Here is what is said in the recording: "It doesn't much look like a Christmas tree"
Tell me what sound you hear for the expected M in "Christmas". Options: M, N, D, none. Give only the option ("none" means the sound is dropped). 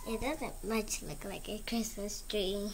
none